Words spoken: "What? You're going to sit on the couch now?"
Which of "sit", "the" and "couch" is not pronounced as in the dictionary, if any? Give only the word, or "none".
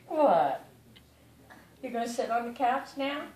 couch